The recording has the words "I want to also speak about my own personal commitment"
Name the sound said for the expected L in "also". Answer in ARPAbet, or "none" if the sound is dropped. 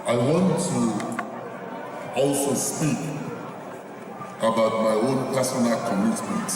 none